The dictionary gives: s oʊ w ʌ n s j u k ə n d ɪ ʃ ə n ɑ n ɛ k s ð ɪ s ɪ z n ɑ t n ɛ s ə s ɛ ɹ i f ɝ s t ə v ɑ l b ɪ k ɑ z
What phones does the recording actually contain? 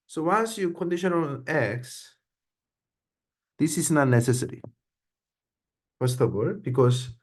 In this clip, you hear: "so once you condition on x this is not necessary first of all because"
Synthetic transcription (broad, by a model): s oʊ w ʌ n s j u k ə n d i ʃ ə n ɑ l ɛ k s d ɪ s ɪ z n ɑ n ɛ s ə s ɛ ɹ i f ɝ s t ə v ɑ l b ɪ k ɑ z